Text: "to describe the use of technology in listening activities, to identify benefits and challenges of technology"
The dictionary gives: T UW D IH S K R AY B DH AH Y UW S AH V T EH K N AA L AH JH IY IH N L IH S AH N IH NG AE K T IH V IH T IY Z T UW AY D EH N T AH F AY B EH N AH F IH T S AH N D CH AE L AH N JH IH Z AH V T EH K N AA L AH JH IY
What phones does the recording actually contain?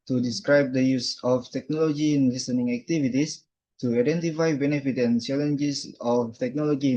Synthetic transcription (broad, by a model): T UW D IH S K R AY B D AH Y UW S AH F T EH K N AA L AH JH IY IH N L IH S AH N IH NG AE K T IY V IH T IY S T UW AY D EH N T AH F AY B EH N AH F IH T AH N CH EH L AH N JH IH S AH F T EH K N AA L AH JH IY